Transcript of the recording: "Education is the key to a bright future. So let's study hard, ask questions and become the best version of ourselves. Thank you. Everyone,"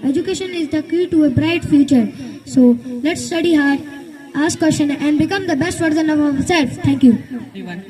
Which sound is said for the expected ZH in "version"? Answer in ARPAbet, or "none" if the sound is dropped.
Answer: Z